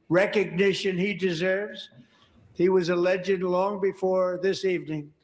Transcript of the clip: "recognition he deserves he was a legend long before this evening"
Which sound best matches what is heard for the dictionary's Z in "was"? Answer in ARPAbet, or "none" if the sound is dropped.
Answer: Z